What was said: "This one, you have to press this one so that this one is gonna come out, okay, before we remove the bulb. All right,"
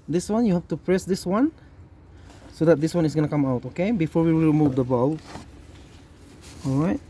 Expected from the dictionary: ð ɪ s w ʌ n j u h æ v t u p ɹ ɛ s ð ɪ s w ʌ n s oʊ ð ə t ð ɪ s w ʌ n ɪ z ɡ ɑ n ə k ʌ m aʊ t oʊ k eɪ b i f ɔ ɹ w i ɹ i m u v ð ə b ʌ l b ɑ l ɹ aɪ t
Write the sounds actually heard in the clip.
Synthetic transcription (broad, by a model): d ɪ s w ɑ n j u h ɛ f t u p ɹ ɛ s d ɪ s w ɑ n s oʊ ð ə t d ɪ s w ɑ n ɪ s ɡ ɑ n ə k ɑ m aʊ t oʊ k eɪ b i f ɔ ɹ w i ɹ i m u v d ə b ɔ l ɑ l ɹ aɪ t